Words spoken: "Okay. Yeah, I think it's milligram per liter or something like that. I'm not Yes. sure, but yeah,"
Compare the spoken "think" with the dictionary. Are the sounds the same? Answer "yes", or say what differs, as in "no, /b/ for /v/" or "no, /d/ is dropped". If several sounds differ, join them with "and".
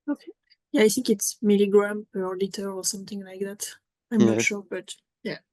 yes